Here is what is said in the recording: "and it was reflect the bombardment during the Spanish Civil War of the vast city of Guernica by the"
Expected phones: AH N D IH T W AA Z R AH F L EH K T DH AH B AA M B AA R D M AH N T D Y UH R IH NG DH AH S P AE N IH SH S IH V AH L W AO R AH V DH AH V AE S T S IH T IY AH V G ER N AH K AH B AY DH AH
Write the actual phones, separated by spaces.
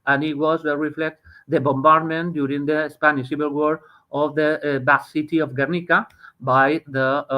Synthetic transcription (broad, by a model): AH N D IH T W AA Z R AH F L EH K T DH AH B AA M B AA R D M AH N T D Y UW R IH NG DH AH S P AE N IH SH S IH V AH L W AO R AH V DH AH B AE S S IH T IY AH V G ER N AH K AH B AY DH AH